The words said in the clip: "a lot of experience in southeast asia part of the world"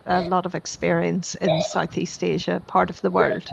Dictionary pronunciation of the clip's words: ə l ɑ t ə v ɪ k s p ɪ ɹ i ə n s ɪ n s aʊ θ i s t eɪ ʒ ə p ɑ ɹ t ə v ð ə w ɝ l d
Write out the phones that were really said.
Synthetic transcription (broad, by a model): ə l ɑ t ə v ɪ k s p ɪ ɹ i ə n s ɪ n s aʊ θ i s t eɪ ʒ ə p ɑ ɹ t ə v ð ə w ɝ l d